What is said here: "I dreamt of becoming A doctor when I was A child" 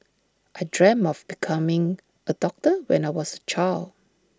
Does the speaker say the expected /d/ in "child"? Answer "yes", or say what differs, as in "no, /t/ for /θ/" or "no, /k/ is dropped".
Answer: no, /d/ is dropped